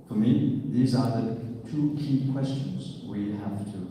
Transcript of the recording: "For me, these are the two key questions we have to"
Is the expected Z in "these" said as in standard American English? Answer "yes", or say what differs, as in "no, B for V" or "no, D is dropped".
yes